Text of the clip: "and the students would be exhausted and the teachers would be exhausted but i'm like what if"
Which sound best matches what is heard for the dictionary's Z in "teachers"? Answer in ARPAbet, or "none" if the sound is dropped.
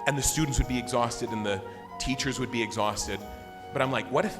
Z